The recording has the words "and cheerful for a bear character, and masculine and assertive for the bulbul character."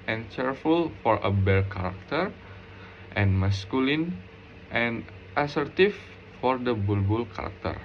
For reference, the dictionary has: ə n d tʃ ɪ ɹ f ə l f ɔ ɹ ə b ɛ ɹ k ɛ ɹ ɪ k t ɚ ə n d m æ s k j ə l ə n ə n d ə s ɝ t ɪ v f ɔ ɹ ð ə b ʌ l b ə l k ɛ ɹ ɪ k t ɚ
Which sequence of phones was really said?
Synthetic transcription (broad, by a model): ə n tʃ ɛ ɹ f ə l f ɔ ɹ ə b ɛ l k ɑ ɹ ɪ k t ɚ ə n m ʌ s k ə l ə n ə n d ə s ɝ t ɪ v f ɔ ɹ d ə b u l b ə l k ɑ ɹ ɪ k t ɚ